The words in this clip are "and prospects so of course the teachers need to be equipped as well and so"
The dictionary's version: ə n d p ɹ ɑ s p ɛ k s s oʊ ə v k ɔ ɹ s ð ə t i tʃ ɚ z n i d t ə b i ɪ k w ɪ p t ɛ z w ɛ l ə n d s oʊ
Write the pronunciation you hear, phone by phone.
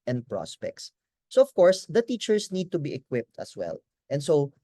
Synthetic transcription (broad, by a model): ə n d p ɹ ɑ s p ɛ k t s oʊ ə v k ɔ ɹ s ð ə t i tʃ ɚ s n i d t ə b i ɪ k w ɪ p t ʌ s w ɛ l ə n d s oʊ